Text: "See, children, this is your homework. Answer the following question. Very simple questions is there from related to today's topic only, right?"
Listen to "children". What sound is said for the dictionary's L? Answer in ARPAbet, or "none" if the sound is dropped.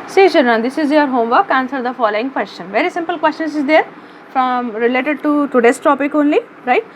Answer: none